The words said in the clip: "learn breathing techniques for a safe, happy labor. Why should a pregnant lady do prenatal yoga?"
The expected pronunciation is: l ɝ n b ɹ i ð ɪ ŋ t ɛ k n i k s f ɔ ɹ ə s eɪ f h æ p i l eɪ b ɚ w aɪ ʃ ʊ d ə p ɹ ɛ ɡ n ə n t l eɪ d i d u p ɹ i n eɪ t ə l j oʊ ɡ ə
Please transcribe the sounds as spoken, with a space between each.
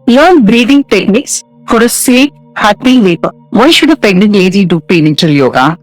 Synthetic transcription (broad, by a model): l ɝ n b ɹ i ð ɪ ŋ t ɛ k n i k s f ɔ ɹ ə s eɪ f h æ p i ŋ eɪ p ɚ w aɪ ʃ ʊ d ə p ɛ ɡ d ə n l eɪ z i d u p i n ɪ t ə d j oʊ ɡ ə